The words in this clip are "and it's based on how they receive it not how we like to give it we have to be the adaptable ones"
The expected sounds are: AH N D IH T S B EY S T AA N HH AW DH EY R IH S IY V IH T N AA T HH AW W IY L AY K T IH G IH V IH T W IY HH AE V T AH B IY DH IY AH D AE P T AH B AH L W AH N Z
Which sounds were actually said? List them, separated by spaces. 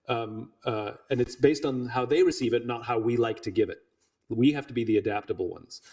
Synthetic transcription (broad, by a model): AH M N IH T S B EY S T N HH AW DH EY R IH S IY V IH T N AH T HH AW W IY L AY K T IH G IH V IH T W IY HH AE F T AH B IY DH IY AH D AE P T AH B L W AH N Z